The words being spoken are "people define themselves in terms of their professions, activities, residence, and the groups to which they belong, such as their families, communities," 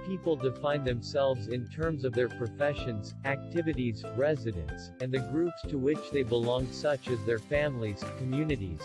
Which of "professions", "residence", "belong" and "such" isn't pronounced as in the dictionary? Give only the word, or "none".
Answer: none